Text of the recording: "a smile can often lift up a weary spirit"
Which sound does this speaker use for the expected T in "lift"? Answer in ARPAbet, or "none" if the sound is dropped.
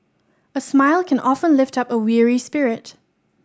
T